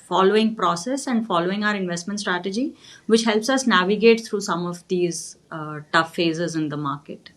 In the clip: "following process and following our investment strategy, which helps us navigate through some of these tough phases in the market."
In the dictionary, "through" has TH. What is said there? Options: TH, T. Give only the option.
T